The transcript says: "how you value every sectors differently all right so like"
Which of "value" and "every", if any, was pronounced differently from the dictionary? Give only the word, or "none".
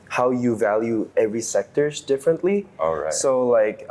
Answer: none